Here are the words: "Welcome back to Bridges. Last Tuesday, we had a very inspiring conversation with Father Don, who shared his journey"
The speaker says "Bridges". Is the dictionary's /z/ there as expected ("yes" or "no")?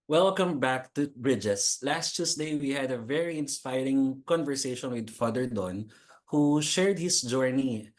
no